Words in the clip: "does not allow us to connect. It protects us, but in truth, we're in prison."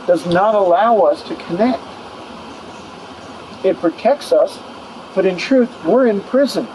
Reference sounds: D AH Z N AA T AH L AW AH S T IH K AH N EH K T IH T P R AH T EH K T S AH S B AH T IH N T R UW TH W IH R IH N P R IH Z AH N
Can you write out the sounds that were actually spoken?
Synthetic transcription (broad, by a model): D AH Z N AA T AH L AW AH S T IH K AH N EH K T IH T P R AH T EH K T S AH S B AH T IH N T R UW TH W IH R IH N P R IH Z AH N